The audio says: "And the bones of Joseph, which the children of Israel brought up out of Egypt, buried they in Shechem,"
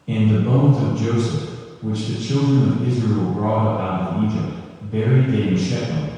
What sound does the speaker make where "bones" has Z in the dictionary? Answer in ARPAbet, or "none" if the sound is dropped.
Z